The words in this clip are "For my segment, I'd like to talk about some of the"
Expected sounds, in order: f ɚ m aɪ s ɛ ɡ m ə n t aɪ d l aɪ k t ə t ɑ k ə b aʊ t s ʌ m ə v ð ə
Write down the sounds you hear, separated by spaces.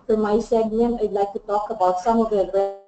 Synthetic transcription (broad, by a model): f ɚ m aɪ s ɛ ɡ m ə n aɪ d l aɪ k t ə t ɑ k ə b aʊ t s ʌ m ə v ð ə